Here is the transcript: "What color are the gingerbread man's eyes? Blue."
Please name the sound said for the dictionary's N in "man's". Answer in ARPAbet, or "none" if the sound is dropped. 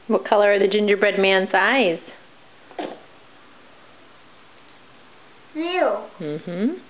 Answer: N